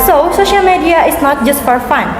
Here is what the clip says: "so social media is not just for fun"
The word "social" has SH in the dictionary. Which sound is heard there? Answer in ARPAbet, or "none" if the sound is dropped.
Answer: SH